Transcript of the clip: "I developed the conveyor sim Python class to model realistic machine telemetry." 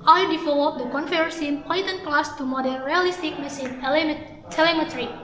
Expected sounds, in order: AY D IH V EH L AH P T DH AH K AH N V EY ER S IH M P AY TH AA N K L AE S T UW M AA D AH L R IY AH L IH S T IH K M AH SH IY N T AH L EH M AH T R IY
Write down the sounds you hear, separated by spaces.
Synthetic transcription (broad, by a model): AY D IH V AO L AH T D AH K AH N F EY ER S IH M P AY T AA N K L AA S T UW M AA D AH N R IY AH L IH S T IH K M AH S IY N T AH L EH M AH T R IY